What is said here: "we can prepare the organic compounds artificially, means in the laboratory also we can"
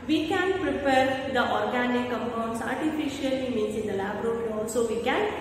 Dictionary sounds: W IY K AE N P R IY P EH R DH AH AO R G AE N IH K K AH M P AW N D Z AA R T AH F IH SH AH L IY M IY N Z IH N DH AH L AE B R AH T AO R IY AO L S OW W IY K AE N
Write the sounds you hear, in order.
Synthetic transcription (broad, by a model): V IY K AE N P R IY P EH R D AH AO R G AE N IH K K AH M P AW N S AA R T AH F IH SH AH L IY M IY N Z IH N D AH L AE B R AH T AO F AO N S OW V IY K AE N